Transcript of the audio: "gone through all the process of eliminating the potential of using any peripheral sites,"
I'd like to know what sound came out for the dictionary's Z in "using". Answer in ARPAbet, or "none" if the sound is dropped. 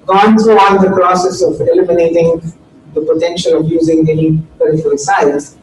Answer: Z